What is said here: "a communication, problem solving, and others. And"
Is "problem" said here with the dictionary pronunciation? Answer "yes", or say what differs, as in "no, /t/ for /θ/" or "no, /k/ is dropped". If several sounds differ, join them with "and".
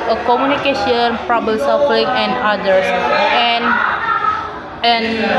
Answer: no, /l/ is dropped